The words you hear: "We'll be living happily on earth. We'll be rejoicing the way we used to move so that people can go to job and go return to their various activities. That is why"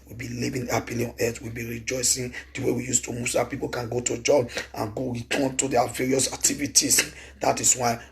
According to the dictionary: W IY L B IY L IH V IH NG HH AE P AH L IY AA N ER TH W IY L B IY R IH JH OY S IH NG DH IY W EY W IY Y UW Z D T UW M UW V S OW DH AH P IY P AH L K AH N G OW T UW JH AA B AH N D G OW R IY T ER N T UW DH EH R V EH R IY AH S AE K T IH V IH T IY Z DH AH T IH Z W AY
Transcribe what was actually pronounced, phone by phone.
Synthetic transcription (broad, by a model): W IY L B IY L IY V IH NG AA P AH L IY AA N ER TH W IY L B IY R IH JH OY S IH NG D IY W EY W IY Y UW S T UW M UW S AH P IY P AH L K AH N G OW T UW JH AA B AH N G OW R IY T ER N T UW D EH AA V EH R IY AH S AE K T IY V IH T IY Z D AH T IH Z W AY